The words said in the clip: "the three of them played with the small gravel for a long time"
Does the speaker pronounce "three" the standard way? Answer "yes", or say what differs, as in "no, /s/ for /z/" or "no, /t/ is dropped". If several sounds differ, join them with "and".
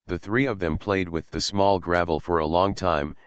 yes